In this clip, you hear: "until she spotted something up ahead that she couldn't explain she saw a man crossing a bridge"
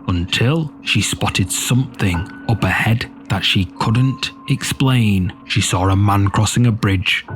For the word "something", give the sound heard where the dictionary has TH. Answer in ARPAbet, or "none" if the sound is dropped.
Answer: TH